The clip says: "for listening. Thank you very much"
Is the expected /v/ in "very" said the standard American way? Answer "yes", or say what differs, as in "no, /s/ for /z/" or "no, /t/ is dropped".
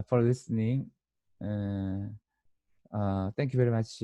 yes